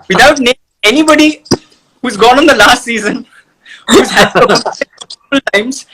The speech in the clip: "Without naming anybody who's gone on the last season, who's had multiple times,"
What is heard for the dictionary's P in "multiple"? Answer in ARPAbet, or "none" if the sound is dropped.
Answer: none